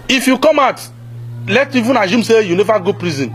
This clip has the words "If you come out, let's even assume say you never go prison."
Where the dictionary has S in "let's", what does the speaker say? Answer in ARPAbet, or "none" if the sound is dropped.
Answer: none